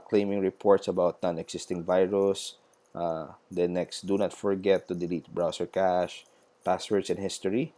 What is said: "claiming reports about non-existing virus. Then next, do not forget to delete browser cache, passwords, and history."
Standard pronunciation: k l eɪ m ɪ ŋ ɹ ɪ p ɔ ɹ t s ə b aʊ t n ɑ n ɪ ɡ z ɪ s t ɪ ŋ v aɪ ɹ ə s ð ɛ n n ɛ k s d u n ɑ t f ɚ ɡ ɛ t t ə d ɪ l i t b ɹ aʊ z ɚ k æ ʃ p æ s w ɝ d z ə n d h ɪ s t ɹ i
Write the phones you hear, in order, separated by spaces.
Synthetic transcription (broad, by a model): k l eɪ m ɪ ŋ ɹ ɪ p ɔ ɹ t s ə b aʊ t n ɑ n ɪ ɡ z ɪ s t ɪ ŋ v aɪ ɹ ə s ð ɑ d n ɛ k s d u n ɑ t f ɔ ɡ ɛ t t ə d ɪ l i t b ɹ aʊ s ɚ k æ ʃ p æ s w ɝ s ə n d h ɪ s t ɹ i